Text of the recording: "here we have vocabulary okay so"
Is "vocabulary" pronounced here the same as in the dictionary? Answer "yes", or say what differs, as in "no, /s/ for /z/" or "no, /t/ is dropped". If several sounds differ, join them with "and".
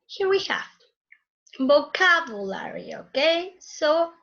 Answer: no, /b/ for /v/